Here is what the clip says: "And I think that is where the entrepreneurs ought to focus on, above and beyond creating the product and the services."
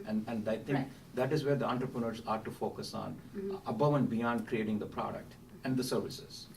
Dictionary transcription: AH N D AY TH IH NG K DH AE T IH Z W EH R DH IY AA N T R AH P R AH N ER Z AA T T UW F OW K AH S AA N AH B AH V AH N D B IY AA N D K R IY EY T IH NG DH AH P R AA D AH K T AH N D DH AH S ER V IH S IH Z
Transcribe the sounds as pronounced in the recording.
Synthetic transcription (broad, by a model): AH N D AY T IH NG K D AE T IH Z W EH R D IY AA N T R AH P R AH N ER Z AA T T UW F OW K AH S AA N AH B AH V AH N D B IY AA N D K R IY EY T IH NG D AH P R AA D AH K T AH N D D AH S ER V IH S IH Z